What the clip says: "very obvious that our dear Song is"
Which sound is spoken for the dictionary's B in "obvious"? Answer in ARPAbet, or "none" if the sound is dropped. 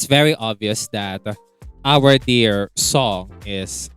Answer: B